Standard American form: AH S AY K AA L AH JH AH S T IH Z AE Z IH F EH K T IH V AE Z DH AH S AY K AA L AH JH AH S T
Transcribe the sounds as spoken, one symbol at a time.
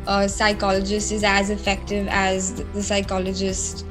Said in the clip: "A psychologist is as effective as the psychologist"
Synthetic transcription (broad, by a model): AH S AY K AA L AH JH AH S T IH Z AE Z IH F EH K T IH V AE Z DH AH S AY K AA L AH JH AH S T